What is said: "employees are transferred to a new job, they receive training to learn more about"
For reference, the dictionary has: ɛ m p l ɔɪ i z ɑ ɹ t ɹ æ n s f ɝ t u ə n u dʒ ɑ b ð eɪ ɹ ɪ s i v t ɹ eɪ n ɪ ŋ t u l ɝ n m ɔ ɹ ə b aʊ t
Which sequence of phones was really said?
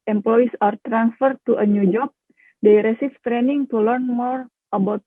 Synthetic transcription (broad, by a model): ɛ m p l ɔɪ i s ɑ ɹ t ɹ æ n s f ɝ t u ə n u dʒ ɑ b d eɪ ɹ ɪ s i f t ɹ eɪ n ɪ ŋ t u l ɝ n m ɔ ɹ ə b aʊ t